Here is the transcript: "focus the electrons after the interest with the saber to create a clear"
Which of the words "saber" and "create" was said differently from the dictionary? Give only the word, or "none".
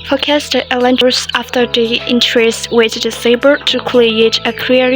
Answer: create